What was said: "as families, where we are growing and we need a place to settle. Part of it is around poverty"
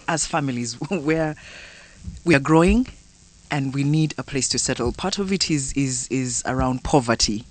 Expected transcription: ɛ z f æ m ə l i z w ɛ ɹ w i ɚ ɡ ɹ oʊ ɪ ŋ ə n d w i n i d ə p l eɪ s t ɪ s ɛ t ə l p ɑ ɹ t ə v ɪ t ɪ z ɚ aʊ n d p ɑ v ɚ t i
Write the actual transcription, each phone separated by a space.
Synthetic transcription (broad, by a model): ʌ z f æ m ə l i z w ɛ ɹ w i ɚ ɡ ɹ oʊ ɪ ŋ ə n d w i n i d ə p l eɪ s t ɪ s ɛ t l p ɑ ɹ t ə v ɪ t ɪ z ɚ aʊ n d p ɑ v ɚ t i